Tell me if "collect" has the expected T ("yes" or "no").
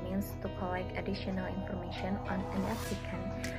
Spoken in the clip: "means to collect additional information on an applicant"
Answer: no